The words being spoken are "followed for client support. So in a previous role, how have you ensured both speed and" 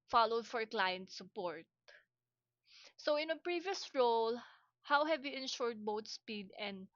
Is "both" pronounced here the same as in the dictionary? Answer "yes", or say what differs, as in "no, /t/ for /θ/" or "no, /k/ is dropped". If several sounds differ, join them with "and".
no, /t/ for /θ/